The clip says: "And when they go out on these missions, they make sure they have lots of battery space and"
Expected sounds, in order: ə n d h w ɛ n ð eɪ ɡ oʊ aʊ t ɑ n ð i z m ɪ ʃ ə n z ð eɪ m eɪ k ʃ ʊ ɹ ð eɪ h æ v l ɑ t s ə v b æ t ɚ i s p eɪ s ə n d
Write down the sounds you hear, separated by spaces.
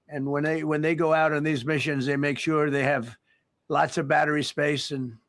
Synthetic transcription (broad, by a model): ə n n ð w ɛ n ð eɪ ɡ oʊ aʊ t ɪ n ð i z m ɪ ʃ ə n z ð eɪ m eɪ k ʃ ʊ ɹ ð eɪ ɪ v l ɑ t s ə v b æ t ɚ i s p eɪ s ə n